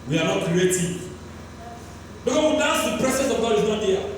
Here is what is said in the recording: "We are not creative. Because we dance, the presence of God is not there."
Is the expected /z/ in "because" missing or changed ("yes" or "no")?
yes